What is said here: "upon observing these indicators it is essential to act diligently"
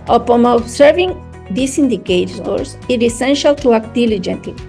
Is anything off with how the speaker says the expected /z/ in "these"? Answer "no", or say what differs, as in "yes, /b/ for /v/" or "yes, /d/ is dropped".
yes, /s/ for /z/